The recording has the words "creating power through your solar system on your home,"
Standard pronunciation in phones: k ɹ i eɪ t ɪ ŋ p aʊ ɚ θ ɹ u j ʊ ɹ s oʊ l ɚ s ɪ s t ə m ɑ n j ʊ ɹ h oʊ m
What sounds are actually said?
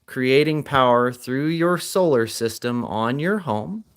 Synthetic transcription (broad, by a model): k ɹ i eɪ t ɪ ŋ p aʊ ɚ θ ɹ u j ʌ ɹ s oʊ l ɚ s ɪ s t ə m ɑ n j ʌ ɹ h oʊ m